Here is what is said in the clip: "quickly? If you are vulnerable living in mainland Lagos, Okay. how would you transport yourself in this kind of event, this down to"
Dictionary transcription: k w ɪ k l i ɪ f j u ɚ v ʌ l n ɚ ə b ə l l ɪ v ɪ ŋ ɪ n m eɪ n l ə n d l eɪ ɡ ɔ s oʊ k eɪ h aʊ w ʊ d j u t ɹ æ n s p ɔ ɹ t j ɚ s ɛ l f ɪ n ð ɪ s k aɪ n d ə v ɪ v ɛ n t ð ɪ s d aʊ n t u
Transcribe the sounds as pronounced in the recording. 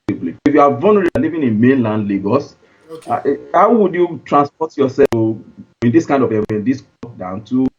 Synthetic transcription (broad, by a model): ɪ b l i ɪ f j u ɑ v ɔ n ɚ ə ə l l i v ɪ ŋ ɪ n m eɪ n l ə n d l eɪ ɡ ɔ s h aʊ w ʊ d j u t ɹ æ n s p ɔ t j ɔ s ɛ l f ɪ n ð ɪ s k aɪ n d ə v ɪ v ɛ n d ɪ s d aʊ n t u